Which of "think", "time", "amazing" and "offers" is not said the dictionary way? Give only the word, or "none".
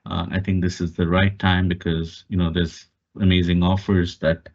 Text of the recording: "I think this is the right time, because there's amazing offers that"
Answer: think